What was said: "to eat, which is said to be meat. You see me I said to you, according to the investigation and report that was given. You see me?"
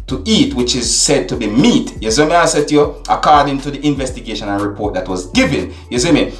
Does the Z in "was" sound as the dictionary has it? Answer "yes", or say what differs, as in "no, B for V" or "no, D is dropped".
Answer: yes